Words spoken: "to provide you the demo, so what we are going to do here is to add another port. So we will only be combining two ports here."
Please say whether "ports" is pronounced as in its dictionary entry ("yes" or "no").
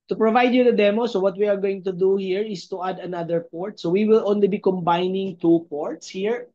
yes